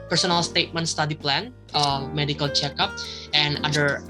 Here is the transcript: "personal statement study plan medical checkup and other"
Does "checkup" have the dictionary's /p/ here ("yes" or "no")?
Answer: yes